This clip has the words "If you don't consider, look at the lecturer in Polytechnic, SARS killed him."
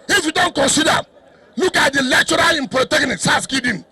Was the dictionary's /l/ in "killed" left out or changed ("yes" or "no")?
yes